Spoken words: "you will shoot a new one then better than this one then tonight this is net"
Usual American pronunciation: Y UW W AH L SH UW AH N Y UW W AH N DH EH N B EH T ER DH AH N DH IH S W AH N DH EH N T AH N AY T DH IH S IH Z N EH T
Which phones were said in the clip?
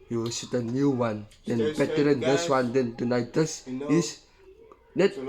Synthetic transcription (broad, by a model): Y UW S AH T AH N Y UW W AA N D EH N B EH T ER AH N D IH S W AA N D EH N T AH N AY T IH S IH S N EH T